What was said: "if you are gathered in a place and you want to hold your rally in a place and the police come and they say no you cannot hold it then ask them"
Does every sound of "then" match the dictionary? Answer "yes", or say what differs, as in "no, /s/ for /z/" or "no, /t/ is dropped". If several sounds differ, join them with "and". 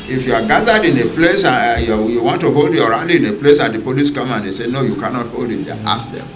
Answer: no, /n/ is dropped